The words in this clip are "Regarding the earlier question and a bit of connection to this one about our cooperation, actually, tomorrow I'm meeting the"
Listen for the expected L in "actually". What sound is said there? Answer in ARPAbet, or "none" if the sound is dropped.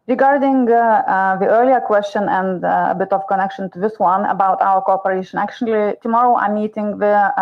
L